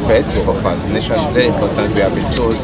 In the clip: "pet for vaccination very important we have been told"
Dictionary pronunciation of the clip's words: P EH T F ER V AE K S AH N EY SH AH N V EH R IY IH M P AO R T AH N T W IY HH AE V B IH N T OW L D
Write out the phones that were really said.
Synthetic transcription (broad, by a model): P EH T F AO F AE S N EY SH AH N V EH R IY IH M P AO T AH N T W IY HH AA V B IH N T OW L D